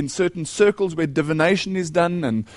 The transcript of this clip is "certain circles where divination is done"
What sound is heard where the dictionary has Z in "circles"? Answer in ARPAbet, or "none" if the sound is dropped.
Z